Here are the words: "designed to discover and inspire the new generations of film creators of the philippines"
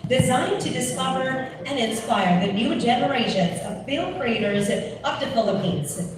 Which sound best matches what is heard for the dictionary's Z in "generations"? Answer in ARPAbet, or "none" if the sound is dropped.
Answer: Z